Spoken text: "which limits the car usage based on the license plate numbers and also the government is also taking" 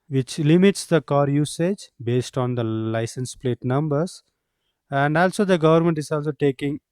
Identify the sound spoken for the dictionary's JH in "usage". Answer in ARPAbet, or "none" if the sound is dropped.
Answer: JH